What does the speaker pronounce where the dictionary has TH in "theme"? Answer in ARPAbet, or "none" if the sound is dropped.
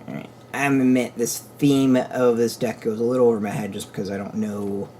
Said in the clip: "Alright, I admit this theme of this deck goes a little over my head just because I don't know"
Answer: TH